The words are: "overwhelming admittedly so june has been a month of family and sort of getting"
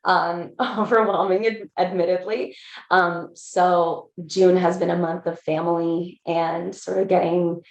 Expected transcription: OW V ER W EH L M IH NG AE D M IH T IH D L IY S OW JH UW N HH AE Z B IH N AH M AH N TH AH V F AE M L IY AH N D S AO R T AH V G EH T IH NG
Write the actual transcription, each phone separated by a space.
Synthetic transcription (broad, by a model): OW V ER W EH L M IH NG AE D M IH T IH D L IY S OW JH UW N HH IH Z B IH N AH M AH N TH AH V F AE M L IY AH N S AO R T AH V G EH T IH NG